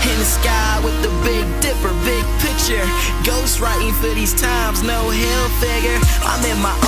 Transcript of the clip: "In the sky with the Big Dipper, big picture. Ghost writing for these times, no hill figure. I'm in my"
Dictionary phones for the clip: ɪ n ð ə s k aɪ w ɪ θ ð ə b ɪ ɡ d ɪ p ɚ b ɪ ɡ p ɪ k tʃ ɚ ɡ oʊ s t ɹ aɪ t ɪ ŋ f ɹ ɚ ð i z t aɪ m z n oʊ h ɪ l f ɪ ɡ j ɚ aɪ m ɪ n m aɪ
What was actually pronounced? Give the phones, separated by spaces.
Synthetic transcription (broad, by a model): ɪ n s k aɪ w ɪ ð ə b ɪ ɡ d ɪ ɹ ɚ b ɪ ɡ p ɪ k tʃ ɚ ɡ oʊ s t ɹ aɪ t ɪ ŋ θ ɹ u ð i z t aɪ m z n oʊ h ɪ l f ɪ ɡ j ɚ aɪ m ɪ n m aɪ